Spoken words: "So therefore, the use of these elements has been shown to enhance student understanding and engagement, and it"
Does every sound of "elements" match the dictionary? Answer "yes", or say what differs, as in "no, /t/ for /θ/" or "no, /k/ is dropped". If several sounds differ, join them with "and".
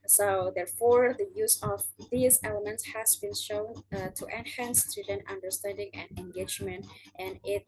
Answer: yes